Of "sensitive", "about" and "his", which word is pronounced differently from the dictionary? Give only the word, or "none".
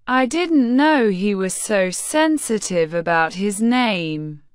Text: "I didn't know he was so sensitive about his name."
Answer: none